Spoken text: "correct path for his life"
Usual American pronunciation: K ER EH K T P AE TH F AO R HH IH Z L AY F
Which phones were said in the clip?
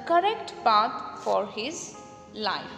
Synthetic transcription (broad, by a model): K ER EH K T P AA T F AO R HH IH Z L AY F